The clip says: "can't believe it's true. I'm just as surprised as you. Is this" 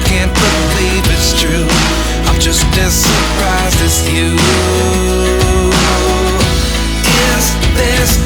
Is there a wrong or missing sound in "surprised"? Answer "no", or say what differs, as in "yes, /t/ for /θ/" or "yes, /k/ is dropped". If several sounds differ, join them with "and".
yes, /d/ is dropped